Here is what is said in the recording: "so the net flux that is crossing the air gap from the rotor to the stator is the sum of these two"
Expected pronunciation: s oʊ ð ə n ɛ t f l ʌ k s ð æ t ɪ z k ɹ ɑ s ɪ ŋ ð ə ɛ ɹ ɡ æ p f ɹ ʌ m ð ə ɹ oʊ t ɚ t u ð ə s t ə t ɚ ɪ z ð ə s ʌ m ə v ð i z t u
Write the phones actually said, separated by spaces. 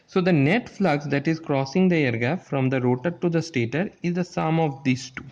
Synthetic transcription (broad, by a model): s oʊ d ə n ɛ t f l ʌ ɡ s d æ t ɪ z k ɹ ɑ s ɪ ŋ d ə ɛ ɹ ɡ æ f f ɹ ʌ m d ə ɹ oʊ t ɚ t u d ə s t ə t ɚ ɪ z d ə s ʌ m ə v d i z t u